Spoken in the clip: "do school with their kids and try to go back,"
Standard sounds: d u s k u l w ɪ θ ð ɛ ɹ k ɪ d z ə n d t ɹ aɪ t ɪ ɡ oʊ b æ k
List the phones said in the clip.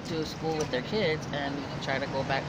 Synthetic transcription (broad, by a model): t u s k u l w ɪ ð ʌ ɹ k ɪ d z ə n t ɹ aɪ t ɪ ɡ oʊ b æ k